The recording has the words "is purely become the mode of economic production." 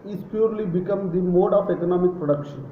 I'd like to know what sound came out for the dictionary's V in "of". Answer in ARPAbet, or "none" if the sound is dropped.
P